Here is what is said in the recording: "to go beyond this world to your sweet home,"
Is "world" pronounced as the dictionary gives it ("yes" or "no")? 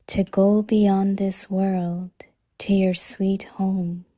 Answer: yes